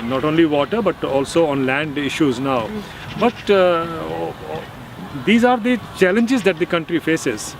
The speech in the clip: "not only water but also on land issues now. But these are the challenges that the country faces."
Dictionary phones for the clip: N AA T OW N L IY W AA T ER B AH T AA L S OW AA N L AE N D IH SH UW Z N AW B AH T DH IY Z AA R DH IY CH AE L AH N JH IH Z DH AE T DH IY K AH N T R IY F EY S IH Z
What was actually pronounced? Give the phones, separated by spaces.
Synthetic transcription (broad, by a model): N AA T OW N L IY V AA T ER B AH T AA L S OW AA N L AE N D IH SH UW Z N AW B AH T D IY Z AA R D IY CH AE L AH N JH IH Z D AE T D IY K AH N T R IY F EY S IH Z